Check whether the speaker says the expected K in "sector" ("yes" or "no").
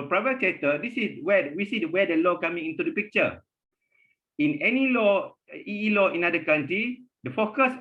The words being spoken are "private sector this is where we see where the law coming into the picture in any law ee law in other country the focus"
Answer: no